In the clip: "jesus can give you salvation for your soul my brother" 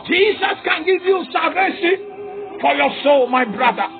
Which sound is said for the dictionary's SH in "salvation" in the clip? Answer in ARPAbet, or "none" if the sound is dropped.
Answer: S